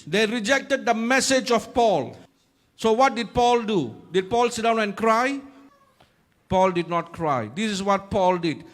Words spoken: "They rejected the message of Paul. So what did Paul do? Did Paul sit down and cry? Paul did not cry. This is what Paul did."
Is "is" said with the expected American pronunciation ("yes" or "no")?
no